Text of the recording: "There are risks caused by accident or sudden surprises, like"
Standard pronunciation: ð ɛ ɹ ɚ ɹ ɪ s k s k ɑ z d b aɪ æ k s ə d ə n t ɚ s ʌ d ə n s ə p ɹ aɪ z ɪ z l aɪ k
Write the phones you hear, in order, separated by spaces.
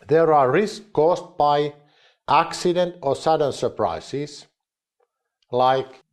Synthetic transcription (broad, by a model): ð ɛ ɹ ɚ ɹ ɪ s s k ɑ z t b aɪ æ k s ə d ə n t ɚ s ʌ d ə n s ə p ɹ aɪ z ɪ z l aɪ k